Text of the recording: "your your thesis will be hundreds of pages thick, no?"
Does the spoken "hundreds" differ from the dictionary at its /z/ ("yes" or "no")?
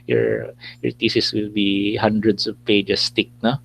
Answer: yes